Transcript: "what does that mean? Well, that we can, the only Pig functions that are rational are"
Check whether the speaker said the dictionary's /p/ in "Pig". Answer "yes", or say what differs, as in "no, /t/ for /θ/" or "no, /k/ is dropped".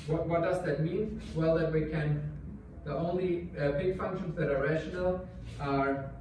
no, /b/ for /p/